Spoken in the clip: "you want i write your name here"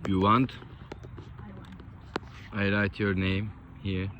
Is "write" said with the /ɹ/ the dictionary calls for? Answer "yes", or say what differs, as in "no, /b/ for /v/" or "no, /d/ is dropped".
no, /l/ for /ɹ/